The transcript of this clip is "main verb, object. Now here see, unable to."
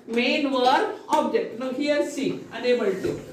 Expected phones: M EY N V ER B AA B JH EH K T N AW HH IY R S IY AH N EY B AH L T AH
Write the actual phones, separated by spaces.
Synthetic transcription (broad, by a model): M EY N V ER AA B JH EH K T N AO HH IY R S IY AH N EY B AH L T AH